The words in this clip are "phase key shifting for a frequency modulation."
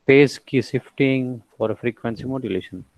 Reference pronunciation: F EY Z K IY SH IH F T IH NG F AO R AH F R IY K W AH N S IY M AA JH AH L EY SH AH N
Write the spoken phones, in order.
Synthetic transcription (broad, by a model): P EY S K IY S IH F T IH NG F AO R AH F R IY K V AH N S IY M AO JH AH L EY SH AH N